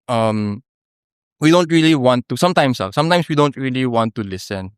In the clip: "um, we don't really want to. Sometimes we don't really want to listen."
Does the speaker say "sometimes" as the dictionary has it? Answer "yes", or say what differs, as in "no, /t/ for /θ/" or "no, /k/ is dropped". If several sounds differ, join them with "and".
no, /s/ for /z/